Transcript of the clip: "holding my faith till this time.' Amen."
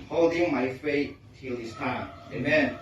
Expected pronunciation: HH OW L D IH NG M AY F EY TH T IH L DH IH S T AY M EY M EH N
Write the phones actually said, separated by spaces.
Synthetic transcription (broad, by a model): HH OW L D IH NG M AY F EY T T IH L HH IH S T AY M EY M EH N